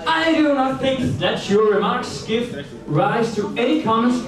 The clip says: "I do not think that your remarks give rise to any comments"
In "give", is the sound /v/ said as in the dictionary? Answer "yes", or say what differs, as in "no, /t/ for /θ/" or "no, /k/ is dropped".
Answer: no, /f/ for /v/